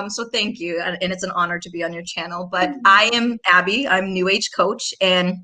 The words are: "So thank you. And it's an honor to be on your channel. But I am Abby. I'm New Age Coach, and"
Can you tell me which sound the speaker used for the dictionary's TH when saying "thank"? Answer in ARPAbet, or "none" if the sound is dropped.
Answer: TH